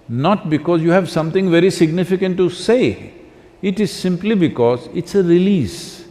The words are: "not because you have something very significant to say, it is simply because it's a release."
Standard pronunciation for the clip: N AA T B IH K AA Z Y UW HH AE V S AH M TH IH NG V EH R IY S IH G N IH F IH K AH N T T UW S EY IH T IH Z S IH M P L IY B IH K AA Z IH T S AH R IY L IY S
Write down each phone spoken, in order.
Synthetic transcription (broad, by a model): N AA T B IH K AA Z Y UW HH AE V S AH M T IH NG V EH R IY S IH G N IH F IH K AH N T T UW S EY IH T IH Z S IH M P L IY B IH K AA Z IH T S AH R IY L IY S